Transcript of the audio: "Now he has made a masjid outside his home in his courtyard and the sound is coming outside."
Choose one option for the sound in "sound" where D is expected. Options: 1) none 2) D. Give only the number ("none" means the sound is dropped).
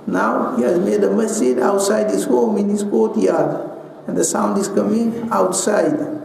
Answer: 2